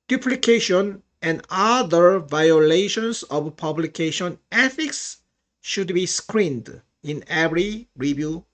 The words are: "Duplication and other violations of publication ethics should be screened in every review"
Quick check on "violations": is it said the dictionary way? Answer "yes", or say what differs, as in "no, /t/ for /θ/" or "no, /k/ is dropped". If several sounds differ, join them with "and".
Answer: no, /s/ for /z/